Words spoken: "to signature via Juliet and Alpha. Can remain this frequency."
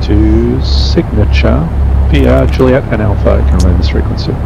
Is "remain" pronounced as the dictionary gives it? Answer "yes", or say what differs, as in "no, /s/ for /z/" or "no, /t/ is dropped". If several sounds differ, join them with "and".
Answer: no, /l/ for /ɹ/